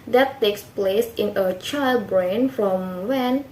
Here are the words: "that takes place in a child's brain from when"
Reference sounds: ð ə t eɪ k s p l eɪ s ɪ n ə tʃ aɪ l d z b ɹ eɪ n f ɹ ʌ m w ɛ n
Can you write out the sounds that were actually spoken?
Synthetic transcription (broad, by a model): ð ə t eɪ k s p l eɪ s ɪ n ə tʃ aɪ l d b ɹ eɪ n f ɹ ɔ m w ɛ n